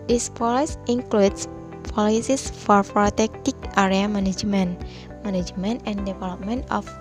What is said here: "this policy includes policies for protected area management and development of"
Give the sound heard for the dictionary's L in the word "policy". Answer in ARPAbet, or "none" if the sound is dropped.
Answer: L